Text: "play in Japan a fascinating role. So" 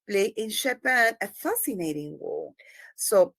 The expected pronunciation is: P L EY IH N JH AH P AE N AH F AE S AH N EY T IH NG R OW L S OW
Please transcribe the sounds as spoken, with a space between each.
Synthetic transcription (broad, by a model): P L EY IH N SH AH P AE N AH F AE S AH N EY T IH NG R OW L S OW